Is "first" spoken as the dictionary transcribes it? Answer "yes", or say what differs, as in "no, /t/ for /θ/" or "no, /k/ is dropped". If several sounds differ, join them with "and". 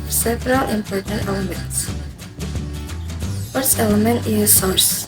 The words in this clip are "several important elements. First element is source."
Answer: no, /t/ is dropped